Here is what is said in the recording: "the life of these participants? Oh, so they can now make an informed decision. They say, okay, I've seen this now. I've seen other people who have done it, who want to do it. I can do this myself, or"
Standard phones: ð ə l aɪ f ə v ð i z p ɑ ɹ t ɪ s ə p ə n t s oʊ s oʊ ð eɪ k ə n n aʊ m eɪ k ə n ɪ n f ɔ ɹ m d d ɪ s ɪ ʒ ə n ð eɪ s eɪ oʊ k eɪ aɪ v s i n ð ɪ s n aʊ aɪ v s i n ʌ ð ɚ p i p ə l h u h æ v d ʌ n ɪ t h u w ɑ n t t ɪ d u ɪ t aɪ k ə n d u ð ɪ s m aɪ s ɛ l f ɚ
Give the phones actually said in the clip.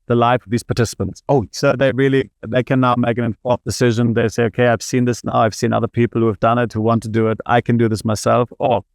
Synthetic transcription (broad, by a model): ð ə l aɪ f ə v ð i z p ɑ ɹ t ɪ s ə p ə n t s oʊ s oʊ ð eɪ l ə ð n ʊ m eɪ k ə n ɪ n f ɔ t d d ɪ s ɪ ʒ ə n ð eɪ s eɪ oʊ k eɪ aɪ v s i n ð ɪ s n aʊ aɪ v s i n ʌ ð ɚ p i p l h u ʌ v d ʌ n ɪ t h u w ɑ n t t ɪ d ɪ ɪ t aɪ k ə n d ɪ ð ɪ s m aɪ s ɛ l f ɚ